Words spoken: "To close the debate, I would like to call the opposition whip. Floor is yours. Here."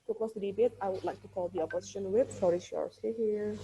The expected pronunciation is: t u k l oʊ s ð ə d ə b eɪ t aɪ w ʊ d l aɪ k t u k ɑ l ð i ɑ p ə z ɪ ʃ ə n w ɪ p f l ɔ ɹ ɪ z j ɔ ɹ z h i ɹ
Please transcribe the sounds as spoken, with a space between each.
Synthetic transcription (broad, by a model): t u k oʊ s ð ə d ə b eɪ t aɪ w ʊ d l aɪ k t u k ɑ l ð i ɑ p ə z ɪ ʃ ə n w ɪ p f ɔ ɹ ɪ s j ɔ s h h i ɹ